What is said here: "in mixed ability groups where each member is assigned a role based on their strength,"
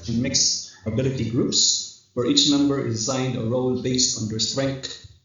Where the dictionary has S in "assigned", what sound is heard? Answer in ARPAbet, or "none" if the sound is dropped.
none